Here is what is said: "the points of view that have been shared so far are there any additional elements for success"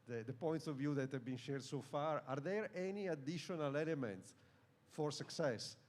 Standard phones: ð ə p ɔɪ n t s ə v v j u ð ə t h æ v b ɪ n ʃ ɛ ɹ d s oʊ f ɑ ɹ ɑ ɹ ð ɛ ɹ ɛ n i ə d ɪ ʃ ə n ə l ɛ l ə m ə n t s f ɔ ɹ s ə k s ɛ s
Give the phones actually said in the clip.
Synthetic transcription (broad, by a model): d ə p ɔɪ n t s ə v v j u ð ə t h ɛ v b ɪ n ʃ ɛ ɹ d s oʊ f ɑ ɹ ɑ ɹ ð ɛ ɹ ɛ n i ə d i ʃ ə n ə l ɛ l ə m ə n t s f ɔ ɹ s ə k s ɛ s